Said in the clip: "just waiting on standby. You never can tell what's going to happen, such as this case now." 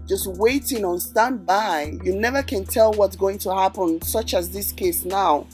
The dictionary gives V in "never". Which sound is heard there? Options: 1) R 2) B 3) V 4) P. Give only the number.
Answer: 3